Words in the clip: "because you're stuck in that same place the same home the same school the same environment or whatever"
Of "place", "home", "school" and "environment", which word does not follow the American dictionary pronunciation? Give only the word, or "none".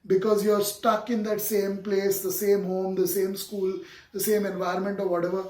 none